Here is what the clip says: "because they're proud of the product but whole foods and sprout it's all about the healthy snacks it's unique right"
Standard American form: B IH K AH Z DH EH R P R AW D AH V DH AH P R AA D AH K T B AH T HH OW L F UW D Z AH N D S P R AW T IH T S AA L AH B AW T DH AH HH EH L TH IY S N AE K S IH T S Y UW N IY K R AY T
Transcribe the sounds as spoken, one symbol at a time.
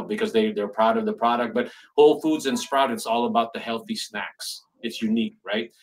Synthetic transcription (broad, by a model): B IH K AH Z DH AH R P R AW D AH V DH AH P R AA D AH K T B AH T HH OW L F UW D Z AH N S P R AW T IH T S AA L AH B AW T DH AH HH EH L TH IY S N AE K S IH T S Y UW N IY K R AY T